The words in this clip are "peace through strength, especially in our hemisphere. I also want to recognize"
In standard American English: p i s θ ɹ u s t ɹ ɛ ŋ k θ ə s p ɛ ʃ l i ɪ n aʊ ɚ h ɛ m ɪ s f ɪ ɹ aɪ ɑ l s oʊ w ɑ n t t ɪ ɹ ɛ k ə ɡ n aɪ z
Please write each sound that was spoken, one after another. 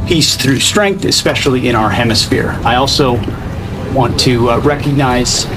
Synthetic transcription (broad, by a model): p i s θ ɹ u s t ɹ ɛ ŋ k θ ə s p ɛ ʃ l i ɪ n aʊ ɚ h ɛ m ɪ s f ɪ ɹ aɪ ɑ l s oʊ w ɑ n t t ɪ ɹ ɛ k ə ɡ n aɪ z